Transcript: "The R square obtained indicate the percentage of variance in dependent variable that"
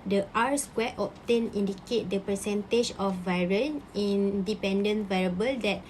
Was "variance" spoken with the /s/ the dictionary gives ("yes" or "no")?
no